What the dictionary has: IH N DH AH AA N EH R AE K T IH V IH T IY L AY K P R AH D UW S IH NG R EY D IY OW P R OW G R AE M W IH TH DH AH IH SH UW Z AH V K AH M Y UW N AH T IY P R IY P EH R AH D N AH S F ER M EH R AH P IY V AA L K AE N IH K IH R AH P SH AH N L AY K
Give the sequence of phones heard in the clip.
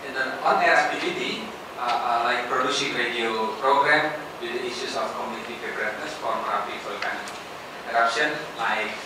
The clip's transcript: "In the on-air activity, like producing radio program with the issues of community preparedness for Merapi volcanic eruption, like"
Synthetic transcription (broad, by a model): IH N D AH AA N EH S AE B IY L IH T IY L AY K P R AH D UW S IH NG R EY D IY OW P R OW G R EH M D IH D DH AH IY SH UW S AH F K AH M Y UW N AH T IY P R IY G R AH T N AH S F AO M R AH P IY F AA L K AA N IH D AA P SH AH N L AY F